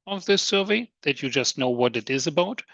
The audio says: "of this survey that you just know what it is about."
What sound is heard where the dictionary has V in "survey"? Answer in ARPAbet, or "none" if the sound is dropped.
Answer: V